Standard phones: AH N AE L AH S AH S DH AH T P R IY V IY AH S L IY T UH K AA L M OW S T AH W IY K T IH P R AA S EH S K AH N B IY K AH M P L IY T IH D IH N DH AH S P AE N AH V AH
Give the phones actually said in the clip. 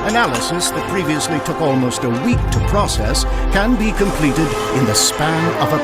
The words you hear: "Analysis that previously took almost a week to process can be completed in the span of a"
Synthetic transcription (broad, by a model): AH N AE L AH S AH S DH AH T P R IY V IY AH S L IY T UH K AA L M OW S T AH W IY K T IH P R AA S EH S K AH N B IY K AH M P L IY T IH D IH N DH AH S P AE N AH V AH